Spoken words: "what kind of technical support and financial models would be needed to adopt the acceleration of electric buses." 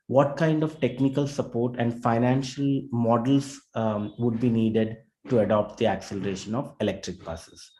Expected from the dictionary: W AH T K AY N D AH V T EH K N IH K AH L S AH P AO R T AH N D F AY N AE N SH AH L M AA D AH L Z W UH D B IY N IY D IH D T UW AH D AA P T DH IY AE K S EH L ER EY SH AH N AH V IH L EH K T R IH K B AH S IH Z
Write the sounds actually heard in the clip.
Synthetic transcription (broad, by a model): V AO T K AY N D AH V T EH K N IH K AH L S AH P AO R T AH N D F AY N AE N SH AH L M AA D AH L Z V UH D B IY N IY D IH D T UW AH D AA P T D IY AE K S EH L ER EY SH AH N AH V IH L EH K T R IH K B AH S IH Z